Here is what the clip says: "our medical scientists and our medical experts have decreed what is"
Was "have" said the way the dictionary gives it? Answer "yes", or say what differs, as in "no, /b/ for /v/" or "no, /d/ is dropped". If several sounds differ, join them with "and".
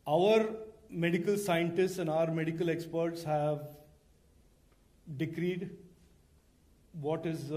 yes